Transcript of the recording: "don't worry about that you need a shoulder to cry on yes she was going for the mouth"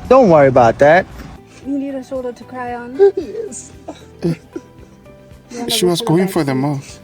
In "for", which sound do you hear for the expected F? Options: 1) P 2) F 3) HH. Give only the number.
2